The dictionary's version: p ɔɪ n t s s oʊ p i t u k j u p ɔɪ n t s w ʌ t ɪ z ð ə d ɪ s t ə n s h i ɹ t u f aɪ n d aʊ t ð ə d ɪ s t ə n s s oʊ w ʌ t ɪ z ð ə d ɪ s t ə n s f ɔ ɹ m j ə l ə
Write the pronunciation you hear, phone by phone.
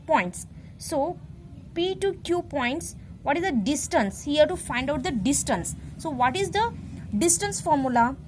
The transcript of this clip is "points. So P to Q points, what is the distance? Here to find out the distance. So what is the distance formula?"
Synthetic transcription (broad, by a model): p ɔɪ n t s s oʊ p i t u k j u p ɔɪ n t s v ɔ t ɪ z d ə d ɪ s t ə n s h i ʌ t u f aɪ n d aʊ t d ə d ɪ s t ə n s s oʊ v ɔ t ɪ z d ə d ɪ s t ə n s f ɔ ɹ m j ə l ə